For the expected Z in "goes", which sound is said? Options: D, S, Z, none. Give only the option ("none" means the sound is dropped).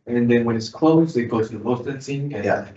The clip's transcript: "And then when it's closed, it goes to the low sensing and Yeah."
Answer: none